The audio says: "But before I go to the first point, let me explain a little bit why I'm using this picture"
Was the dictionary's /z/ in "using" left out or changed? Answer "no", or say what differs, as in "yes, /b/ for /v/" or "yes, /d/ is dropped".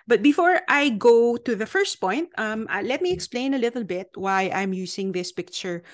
yes, /s/ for /z/